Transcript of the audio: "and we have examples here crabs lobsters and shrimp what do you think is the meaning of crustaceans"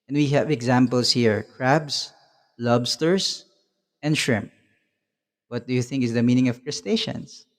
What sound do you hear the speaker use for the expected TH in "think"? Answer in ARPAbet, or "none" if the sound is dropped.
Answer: TH